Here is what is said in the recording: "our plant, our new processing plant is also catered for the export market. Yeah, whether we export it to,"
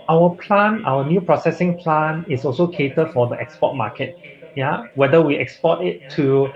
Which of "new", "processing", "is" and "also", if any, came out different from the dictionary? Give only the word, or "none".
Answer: is